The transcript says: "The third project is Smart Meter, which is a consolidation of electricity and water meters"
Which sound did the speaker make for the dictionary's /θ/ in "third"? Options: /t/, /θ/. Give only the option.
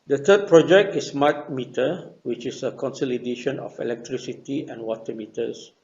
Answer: /t/